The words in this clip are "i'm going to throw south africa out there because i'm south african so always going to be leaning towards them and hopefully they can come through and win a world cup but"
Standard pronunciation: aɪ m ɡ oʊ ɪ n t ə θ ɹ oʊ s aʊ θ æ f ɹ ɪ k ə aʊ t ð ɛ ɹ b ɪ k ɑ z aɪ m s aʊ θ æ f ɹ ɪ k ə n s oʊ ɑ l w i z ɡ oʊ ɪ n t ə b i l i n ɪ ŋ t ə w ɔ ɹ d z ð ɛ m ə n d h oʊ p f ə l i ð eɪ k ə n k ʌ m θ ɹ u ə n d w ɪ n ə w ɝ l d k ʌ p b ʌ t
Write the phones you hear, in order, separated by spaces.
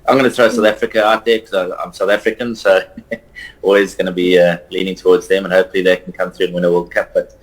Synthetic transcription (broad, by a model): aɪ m ɡ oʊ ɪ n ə θ ɹ oʊ s aʊ θ æ f ɹ ɪ k ə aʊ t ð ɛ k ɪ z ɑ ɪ aɪ m s aʊ θ æ f ɹ ɪ k ə n s oʊ ɑ l w i z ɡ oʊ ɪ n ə b i l i n ɪ ŋ t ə w ɔ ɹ d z ð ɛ m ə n h oʊ p f ə l i ð eɪ k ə n k ʌ m θ ɹ u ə n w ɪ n ə w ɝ l d k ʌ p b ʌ t